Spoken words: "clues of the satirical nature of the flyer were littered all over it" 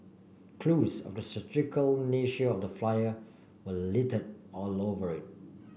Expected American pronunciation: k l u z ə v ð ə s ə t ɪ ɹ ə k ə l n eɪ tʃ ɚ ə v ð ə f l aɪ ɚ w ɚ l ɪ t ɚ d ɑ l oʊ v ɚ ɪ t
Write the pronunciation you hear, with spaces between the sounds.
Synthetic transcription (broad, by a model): k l u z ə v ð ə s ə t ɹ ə k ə l n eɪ ʃ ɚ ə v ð ə f l aɪ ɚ w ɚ l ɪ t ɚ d ɑ l oʊ v ɚ ɪ t